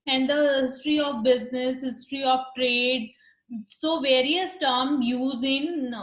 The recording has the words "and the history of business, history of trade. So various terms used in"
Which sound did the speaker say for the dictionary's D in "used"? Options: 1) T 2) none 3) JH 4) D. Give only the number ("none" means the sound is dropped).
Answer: 2